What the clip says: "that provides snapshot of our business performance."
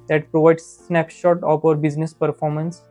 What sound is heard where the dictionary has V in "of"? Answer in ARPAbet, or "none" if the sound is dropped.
P